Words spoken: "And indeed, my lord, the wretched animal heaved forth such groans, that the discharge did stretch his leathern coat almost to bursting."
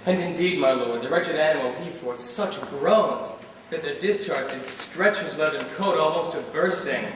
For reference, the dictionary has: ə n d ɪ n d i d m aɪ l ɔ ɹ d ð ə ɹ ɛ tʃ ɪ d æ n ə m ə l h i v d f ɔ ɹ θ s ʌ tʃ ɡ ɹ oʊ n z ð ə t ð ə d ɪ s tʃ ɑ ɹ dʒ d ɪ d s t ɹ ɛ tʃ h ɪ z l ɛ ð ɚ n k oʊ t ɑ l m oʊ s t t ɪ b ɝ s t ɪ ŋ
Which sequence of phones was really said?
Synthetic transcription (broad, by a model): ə n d ɪ n d i d m aɪ l ɔ ɹ d ð ə ɹ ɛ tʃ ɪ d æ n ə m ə l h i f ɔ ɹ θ s ʌ tʃ ɡ ɹ oʊ n z ð ə t ð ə d ɪ s tʃ ɑ ɹ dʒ d ɪ d s t ɹ ɛ tʃ h ɪ z l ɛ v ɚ n k oʊ t ɑ l m oʊ s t t ɪ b ɝ s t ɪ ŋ